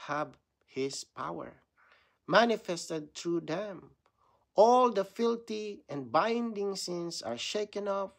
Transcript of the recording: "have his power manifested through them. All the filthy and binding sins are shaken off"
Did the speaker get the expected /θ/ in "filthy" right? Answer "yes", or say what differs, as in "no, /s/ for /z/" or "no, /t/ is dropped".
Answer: no, /t/ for /θ/